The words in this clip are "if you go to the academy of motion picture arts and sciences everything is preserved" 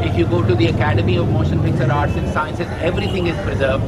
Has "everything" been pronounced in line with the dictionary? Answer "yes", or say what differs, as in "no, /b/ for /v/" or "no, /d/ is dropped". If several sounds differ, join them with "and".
no, /t/ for /θ/